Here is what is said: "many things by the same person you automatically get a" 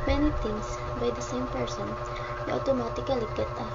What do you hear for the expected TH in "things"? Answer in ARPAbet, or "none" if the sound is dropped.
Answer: T